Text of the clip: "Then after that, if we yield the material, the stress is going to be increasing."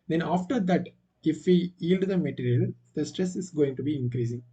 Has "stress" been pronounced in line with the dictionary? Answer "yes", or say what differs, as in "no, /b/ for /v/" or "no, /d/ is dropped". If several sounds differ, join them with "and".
yes